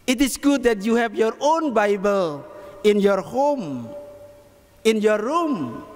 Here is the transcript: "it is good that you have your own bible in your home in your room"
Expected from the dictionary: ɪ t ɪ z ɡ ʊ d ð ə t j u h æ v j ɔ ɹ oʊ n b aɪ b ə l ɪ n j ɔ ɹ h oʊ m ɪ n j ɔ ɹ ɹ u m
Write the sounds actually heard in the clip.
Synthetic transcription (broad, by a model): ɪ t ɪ s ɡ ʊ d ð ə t j u h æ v j ɔ ɹ oʊ n b aɪ b ə l ɪ n j ɔ ɹ h oʊ m ɪ n j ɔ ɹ ɹ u m